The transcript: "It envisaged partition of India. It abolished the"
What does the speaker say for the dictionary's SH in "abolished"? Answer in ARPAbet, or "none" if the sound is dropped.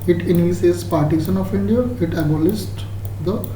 S